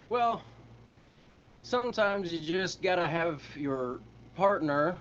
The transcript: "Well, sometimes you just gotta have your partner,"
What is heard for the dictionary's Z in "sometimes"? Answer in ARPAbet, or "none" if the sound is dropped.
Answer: Z